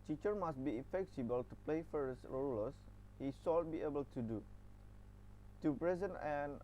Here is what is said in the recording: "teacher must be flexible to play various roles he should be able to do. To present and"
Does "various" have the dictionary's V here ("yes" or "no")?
no